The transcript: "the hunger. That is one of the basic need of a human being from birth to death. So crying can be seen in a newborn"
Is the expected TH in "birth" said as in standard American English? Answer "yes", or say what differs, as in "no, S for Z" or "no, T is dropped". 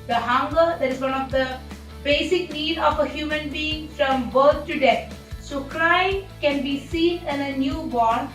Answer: no, T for TH